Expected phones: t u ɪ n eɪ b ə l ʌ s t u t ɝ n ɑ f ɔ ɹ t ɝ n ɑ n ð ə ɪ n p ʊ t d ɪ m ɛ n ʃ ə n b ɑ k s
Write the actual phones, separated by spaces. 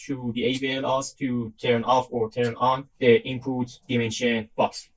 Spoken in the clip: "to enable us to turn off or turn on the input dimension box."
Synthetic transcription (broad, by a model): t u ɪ eɪ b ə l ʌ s t u t ɝ n ɑ f ɔ ɹ t ɝ n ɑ n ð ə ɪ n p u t d ɪ m ɛ n ʃ ə n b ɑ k s